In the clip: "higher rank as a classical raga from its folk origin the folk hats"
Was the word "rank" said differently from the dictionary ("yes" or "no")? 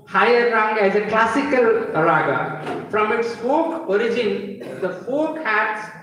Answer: yes